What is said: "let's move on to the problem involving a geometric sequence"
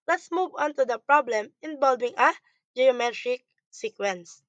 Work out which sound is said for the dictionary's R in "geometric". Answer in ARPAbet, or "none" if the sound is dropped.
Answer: R